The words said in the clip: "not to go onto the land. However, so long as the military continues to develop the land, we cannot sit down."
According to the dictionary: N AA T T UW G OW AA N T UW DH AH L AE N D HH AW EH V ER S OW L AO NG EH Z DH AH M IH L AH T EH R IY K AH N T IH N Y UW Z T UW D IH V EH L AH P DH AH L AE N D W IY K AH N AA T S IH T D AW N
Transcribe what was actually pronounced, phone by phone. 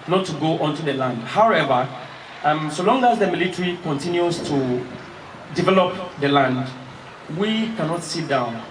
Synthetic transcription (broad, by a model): N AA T T UW G OW AA N T UW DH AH L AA N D HH AW EH V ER S OW L AO NG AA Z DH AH M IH L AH T R IY K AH N T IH N Y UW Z T UW D IH V EH L AH P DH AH L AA N D W IY K AH N AA T S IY T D AW N